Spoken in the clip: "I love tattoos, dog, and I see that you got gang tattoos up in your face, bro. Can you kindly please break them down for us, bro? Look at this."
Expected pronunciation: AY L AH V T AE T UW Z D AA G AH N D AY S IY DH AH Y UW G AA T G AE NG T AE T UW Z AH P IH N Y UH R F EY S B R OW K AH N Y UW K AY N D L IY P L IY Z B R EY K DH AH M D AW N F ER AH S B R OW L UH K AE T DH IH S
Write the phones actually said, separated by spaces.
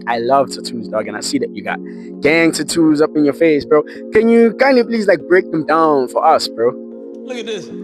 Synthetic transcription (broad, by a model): AY L AH V T AE T UW Z D AA G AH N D AY S IY DH AH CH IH G AA T G AE NG T AE T UW Z AH P IH N Y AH R F EY S B R OW K AH N Y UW K AY N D IY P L IY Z B R EY K DH AH M D AW N F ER AH S B R OW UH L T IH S